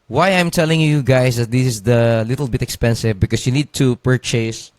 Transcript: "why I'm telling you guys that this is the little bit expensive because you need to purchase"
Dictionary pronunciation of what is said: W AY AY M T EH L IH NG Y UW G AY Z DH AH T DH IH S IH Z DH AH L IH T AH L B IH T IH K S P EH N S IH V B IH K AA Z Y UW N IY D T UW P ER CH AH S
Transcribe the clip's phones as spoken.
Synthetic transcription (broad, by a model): W AY AY M T EH L IH NG Y UW G AY S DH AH T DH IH S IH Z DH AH L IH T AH L B IH T IH K S P EH N S IH V B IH K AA S Y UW N IY D T UW P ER CH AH S